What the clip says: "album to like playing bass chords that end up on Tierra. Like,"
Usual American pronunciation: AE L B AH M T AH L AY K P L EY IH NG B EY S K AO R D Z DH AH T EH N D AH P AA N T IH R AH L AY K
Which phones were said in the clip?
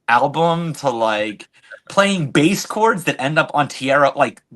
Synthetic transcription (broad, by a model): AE L B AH M T AH L AY K P L EY IH NG B EY S K AO R D Z DH AH T EH N D AH P N T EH R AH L AY K